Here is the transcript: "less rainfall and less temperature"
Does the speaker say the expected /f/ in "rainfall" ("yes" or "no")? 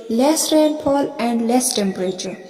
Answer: no